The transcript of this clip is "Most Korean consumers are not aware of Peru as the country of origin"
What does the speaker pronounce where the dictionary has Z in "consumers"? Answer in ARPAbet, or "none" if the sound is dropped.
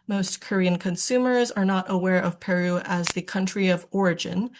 Z